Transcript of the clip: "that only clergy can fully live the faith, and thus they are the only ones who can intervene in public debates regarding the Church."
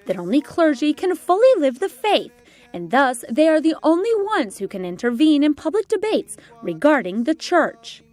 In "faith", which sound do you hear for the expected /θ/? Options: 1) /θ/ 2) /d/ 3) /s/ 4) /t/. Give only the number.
1